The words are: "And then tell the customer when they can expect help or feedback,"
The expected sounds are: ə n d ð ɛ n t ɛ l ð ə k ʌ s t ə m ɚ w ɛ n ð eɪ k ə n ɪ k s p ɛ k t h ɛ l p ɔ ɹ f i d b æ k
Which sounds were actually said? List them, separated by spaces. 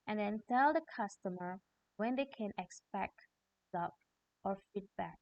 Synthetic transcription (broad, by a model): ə n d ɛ n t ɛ l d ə k ʌ s t ə m ɚ w ɛ n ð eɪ k ə n ɪ k s p ɛ k t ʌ p ɔ ɹ f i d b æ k